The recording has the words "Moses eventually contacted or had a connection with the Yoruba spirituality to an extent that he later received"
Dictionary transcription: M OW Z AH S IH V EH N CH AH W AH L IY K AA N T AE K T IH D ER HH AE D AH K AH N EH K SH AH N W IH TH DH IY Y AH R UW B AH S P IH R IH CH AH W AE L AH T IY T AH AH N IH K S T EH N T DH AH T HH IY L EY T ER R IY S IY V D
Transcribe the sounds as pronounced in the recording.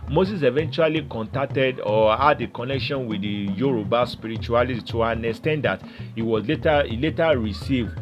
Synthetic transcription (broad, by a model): M OW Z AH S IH V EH N CH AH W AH L IY K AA N T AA K T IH D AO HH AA D AH K AH N EH K SH AH N W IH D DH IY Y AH R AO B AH S P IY R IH CH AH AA L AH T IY T AH AH N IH S T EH N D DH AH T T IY L EY T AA R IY S IY V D